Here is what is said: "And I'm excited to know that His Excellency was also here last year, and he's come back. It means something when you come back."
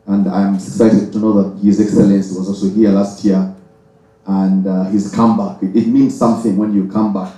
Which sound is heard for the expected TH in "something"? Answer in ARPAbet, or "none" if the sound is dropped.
TH